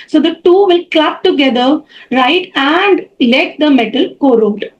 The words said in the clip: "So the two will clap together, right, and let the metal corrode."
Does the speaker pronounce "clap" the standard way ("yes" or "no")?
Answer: yes